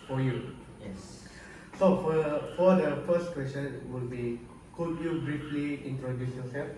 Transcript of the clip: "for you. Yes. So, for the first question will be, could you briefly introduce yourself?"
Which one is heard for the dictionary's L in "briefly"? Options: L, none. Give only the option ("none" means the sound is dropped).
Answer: L